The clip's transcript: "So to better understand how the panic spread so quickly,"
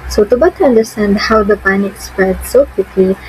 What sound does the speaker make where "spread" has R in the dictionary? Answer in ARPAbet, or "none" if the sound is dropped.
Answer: none